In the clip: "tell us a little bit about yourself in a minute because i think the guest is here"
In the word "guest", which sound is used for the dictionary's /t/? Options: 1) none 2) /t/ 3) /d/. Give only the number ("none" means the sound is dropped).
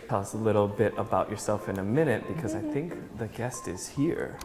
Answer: 2